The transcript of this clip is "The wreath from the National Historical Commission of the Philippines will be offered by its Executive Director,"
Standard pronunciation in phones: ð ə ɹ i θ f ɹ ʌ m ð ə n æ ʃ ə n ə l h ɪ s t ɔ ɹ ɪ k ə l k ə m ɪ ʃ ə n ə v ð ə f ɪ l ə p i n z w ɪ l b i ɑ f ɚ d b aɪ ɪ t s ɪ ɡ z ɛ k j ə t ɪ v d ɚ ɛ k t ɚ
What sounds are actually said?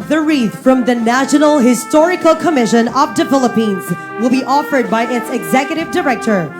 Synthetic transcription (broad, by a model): ð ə ɹ i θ f ɹ ʌ m ð ə n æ ʃ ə n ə l h ɪ s t ɔ ɹ ɪ k ə l k ə m ɪ ʃ ə n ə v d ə f ɪ l ə p i n z w ɪ l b i ɑ f ɚ d b aɪ ɪ t s ɪ ɡ z ɛ k j ə t ɪ v d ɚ ɛ k t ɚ